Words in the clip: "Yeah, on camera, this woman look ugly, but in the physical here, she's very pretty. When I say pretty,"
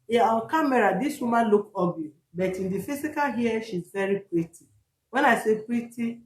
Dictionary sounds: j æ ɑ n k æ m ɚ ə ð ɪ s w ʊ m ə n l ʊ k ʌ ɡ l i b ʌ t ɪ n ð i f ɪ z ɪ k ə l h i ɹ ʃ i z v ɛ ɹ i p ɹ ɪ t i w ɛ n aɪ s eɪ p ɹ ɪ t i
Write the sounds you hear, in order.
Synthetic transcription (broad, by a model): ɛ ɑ l k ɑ m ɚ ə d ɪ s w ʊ m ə l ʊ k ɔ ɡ i b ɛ t ɪ n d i f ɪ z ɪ k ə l h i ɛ ʃ i z v ɛ ɹ i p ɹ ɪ t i w ɛ n aɪ s eɪ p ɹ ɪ t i